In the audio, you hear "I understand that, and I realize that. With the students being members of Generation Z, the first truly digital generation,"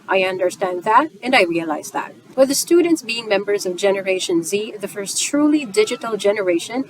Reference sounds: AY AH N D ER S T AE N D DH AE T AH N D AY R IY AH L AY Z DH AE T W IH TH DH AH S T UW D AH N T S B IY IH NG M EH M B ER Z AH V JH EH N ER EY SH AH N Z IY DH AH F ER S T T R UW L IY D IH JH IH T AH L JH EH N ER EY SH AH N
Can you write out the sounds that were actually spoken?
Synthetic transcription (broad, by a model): AY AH N D ER S T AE N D DH AE T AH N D AY R IY AH L AY Z DH AE T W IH DH AH S T UW D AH N T S B IY IH NG M EH M B ER Z AH V JH EH N ER EY SH AH N Z IY DH AH F ER S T T R UW L IY D IH JH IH T L JH EH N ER EY SH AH N